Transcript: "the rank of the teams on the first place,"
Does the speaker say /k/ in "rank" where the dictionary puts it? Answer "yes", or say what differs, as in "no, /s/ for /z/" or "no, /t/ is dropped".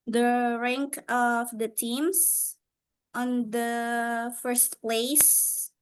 yes